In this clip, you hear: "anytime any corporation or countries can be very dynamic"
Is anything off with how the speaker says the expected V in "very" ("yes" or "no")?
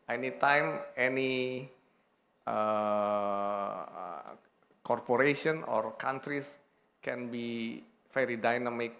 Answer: yes